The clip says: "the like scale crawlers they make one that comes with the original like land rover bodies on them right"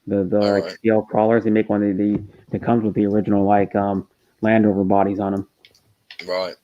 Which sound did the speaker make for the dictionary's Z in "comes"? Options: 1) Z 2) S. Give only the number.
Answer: 1